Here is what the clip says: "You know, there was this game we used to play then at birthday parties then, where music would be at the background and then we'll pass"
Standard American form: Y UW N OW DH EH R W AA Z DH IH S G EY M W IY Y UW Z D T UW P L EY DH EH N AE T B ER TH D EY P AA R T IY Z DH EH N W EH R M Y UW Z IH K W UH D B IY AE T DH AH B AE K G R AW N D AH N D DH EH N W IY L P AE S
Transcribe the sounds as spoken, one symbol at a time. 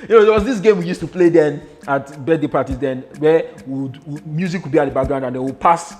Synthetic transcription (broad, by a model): Y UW N OW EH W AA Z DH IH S G EY M W IY Y UW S T UW P L EY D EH N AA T B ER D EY P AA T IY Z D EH N W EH W M Y UW Z IH K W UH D B IY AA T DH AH B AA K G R AW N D AH N D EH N W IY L P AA S